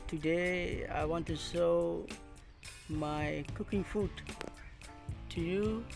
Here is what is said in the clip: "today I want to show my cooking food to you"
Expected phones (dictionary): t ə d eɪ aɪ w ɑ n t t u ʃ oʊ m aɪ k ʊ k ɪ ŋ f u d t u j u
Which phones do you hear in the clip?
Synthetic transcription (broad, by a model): t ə d eɪ aɪ w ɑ n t t u s oʊ m aɪ k ʊ k ɪ ŋ f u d t u j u